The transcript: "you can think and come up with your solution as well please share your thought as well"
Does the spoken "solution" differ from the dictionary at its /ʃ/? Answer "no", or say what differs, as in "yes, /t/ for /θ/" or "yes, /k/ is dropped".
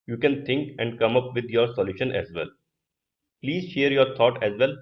no